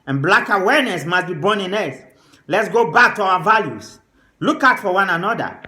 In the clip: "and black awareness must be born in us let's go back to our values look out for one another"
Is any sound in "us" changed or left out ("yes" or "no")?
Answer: yes